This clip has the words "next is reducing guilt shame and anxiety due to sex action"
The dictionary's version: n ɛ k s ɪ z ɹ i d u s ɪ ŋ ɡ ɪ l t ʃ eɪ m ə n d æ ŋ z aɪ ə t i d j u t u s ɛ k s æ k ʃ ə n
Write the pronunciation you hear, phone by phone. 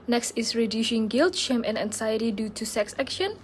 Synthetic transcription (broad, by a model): n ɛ k s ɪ s ɹ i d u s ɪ ŋ ɡ ɪ l t ʃ eɪ m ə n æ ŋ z aɪ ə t i d j u t u s ɛ k s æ k ʃ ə n